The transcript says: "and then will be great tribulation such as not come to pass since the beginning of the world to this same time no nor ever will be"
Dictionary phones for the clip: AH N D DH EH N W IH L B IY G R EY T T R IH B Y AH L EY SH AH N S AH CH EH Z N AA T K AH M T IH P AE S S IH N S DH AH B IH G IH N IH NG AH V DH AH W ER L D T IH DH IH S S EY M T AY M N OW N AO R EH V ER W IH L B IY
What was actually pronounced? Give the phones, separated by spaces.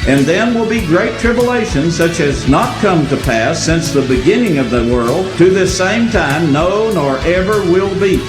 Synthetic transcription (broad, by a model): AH N DH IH N W IH L B IY G R EY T T R IH B Y AH L EY SH AH N S AH CH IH Z N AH T K AH M T IH P AE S S IH N S DH AH B IH G IH N IH NG AH V DH AH W ER L D T IH DH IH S S EY M T AY M N OW N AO R EH V ER W IH L B IY